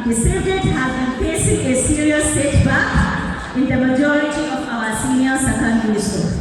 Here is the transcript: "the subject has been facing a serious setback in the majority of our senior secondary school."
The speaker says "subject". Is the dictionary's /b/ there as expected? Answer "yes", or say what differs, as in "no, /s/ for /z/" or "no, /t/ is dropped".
no, /b/ is dropped